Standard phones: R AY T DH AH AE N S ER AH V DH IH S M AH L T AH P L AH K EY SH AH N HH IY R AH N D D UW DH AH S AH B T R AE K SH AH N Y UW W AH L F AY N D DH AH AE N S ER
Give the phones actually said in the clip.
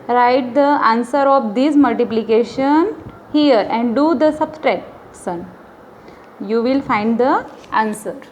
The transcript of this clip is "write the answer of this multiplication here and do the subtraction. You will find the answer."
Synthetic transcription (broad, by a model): R AY T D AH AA N S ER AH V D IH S M AH L T AH P L AH K EY SH AH N HH IY R AH N D D UW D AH S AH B T R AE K S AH N Y UW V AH L F AY N D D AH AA N S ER